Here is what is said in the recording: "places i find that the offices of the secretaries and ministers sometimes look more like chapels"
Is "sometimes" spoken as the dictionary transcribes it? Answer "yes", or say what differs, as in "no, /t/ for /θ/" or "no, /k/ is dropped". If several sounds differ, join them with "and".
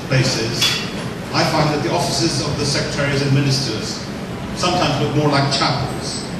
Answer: yes